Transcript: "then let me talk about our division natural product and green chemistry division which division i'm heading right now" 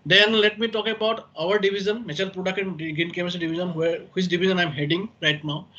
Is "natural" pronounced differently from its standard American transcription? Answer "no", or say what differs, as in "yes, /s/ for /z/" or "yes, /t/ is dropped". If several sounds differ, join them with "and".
yes, /ɹ/ is dropped